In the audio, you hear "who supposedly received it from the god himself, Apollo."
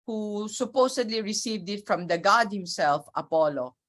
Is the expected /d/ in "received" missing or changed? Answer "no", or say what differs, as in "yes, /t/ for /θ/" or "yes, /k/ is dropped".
no